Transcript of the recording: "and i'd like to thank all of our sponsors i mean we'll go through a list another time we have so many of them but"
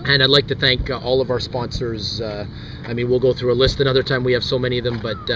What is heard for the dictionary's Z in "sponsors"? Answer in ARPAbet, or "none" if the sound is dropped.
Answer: Z